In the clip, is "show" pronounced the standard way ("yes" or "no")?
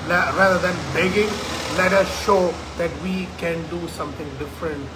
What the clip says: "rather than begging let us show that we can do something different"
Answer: yes